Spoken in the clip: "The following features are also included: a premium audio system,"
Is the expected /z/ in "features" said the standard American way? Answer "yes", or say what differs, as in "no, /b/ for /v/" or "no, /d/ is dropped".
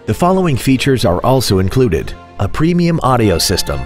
yes